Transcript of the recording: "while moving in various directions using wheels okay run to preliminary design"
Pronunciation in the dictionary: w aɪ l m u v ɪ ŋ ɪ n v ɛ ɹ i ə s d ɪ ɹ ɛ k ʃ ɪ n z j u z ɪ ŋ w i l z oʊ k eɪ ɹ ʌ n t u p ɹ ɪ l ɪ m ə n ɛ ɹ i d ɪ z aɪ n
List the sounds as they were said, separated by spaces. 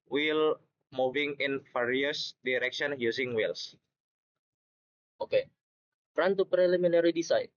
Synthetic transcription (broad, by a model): w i l m u v ɪ ŋ ɪ n f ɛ ɹ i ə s d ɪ ɹ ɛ k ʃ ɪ n j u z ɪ ŋ w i l s oʊ k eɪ ɹ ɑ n t u p ɹ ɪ l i m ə n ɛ ɹ i d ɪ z aɪ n